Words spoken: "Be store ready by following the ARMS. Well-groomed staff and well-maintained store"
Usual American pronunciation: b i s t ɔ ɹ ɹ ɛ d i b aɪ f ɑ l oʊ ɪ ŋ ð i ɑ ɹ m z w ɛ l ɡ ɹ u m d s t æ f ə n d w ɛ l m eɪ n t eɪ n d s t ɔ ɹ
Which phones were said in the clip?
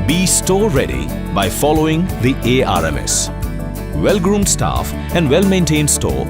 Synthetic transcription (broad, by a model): b i s t ɔ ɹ ɹ ɛ d i b aɪ f ɑ l oʊ ɪ ŋ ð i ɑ ɹ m s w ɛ l ɡ ɹ u m d s t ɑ f ə n d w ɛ l m eɪ n t eɪ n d s t ɔ